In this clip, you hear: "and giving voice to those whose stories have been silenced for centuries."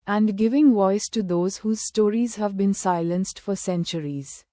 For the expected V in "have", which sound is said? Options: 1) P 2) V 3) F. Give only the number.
2